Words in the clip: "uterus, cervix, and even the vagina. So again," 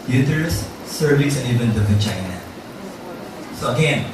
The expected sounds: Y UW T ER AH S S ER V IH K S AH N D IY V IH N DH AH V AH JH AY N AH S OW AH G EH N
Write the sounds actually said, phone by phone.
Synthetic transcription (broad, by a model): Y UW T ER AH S S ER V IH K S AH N IY V IH N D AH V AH CH AY N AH S OW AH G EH N